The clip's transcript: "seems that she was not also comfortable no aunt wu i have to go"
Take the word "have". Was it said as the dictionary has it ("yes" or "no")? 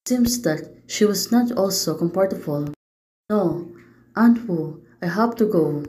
no